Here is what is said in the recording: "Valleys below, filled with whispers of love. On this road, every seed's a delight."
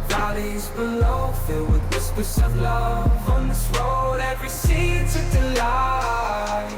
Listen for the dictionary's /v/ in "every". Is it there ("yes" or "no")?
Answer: yes